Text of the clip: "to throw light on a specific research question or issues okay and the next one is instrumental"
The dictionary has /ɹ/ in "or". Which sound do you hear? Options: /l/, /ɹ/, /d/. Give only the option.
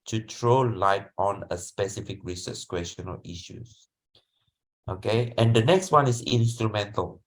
/l/